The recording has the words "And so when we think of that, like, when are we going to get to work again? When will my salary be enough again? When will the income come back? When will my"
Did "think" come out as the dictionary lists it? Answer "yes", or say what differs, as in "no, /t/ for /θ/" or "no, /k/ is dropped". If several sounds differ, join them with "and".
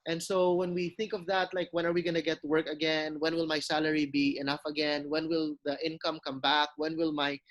yes